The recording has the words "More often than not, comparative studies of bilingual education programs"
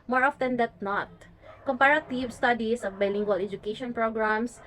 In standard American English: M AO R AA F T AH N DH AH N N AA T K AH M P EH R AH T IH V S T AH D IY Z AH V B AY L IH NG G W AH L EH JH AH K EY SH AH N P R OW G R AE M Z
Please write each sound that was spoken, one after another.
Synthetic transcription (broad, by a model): M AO R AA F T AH N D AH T N AA T K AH M P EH R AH T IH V S T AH D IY S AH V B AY L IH NG G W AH L EH JH AH K EY SH AH N P R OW G R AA M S